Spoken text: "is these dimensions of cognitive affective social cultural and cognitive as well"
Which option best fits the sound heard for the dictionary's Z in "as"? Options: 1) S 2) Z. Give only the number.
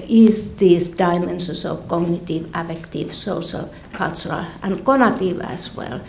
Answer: 1